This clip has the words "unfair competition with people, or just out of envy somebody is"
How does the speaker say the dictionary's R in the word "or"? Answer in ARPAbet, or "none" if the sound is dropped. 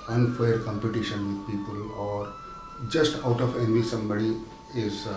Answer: R